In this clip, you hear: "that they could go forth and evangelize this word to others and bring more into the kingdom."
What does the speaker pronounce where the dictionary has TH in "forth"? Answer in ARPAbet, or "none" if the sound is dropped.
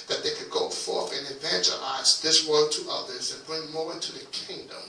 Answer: TH